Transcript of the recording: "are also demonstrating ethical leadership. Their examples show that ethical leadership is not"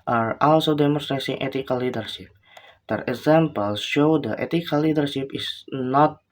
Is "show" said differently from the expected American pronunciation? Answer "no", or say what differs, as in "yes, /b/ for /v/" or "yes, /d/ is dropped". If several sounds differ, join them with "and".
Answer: no